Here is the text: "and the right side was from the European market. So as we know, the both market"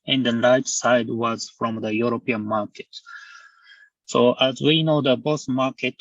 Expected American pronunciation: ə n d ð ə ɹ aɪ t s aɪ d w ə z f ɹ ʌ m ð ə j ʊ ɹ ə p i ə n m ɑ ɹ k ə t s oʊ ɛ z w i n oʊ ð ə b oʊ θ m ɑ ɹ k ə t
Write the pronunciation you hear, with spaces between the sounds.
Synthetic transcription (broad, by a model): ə n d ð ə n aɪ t s aɪ d w ə z f ɹ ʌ m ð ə j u ɹ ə p i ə n m ɑ ɹ k ə t s oʊ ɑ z w i n oʊ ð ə b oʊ s m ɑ ɹ k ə t